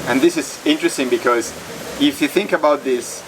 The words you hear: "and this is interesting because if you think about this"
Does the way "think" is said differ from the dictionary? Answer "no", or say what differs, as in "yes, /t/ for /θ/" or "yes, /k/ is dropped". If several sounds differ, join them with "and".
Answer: no